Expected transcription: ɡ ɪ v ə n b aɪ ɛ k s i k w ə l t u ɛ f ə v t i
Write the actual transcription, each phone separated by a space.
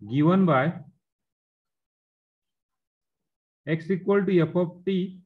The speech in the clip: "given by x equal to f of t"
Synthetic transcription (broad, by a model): ɡ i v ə n b aɪ ɛ k s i k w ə l t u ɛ p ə p t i